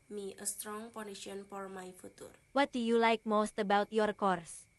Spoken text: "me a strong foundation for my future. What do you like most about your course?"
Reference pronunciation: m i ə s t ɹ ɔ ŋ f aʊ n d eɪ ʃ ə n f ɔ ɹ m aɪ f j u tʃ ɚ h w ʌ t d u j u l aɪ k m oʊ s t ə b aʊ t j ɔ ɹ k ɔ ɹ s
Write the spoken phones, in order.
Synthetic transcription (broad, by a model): m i ə s t ɹ ɔ ŋ p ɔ n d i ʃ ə n f ɔ ɹ m aɪ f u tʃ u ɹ w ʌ t d u j u l aɪ k m oʊ s t ə b aʊ t j ɔ ɹ k ɔ ɹ s